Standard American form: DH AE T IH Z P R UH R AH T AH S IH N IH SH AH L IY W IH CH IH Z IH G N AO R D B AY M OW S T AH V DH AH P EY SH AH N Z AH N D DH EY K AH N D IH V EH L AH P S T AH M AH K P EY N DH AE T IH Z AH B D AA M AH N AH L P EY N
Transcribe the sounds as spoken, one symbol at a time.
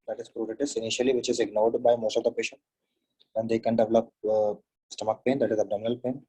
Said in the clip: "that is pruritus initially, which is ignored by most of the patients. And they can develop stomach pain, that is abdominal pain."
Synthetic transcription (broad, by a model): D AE T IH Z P R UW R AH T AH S IH N IH SH AH L IY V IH CH IH Z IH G N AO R D B AY M OW S T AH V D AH P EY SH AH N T AH N D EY K AH N D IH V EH L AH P S T AH M AH K P EY N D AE T IH Z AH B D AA M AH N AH L P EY N